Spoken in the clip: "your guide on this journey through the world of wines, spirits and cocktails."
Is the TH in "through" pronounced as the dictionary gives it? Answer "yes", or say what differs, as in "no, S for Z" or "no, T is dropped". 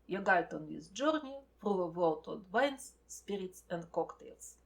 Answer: no, F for TH